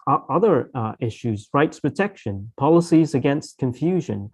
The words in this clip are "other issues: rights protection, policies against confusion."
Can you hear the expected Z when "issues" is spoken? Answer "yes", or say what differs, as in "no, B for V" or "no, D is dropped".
yes